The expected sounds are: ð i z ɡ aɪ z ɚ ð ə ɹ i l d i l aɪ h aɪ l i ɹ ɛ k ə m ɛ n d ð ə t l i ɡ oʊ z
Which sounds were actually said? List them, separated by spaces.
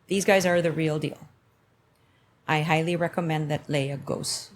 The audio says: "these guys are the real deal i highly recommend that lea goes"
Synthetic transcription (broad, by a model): ð i z ɡ aɪ z ɚ ð ə ɹ i l d i l aɪ h aɪ l i ɹ ɛ k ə m ɛ n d ð ə t l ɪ ɡ oʊ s